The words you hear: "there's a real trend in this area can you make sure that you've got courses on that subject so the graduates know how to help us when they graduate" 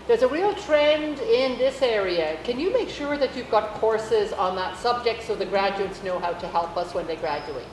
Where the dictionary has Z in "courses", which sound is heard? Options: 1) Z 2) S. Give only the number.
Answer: 1